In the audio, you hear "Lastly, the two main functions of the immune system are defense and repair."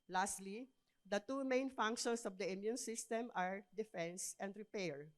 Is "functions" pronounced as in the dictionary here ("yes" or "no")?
no